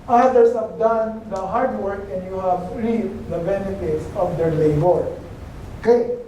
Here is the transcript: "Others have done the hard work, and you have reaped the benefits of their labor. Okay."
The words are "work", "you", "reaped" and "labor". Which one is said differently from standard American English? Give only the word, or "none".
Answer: reaped